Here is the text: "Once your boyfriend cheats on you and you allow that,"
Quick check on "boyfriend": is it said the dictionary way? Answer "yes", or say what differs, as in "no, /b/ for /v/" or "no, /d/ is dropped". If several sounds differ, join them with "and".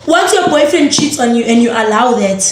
no, /ɹ/ is dropped